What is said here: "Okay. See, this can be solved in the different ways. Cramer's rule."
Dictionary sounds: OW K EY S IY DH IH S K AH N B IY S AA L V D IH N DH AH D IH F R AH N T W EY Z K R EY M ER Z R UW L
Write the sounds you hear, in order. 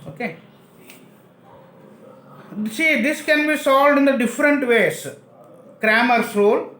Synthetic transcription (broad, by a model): OW K EY S IY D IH S K AH N B IY S AA L V D IH N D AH D IH F R AH N T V EY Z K R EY M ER S R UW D